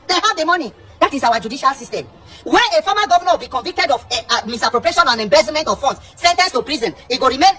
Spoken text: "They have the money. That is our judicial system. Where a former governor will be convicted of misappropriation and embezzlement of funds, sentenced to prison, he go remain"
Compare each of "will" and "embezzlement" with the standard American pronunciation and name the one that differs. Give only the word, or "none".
embezzlement